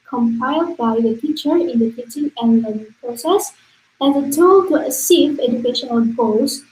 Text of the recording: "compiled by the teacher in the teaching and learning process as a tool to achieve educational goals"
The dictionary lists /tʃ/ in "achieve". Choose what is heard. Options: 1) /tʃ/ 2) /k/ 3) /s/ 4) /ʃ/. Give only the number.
3